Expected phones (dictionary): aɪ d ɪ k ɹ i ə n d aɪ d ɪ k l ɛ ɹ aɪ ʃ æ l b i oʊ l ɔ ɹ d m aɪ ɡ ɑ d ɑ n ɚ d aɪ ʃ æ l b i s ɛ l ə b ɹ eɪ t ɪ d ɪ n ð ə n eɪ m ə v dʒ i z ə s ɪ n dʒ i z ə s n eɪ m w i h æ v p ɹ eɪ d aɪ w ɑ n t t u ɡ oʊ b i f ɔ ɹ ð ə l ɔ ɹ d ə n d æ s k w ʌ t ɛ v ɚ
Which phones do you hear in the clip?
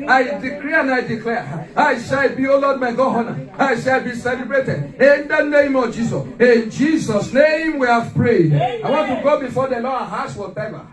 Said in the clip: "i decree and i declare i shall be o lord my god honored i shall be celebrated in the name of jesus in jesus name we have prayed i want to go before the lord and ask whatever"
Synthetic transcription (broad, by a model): aɪ d ɪ k ɹ i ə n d aɪ d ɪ k l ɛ aɪ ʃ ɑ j b i oʊ l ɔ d m aɪ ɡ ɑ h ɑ n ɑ aɪ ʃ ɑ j b i s ɛ l ə b ɹ eɪ t ɪ d ɪ n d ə n eɪ m ə v dʒ i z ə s ɪ n dʒ i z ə s n eɪ m w i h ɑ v p ɹ eɪ d aɪ w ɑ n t t u ɡ oʊ b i f ɔ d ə l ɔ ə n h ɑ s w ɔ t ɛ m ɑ